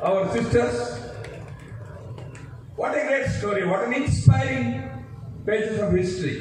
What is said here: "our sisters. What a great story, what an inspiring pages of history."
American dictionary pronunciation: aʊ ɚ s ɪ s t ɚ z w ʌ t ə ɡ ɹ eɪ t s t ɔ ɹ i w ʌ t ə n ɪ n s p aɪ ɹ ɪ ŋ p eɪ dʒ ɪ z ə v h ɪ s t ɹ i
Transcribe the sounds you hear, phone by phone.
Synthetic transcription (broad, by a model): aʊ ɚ s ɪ s t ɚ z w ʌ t ə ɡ eɪ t s t ɔ ɹ i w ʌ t ə n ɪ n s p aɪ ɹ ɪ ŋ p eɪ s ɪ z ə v h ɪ s t ɹ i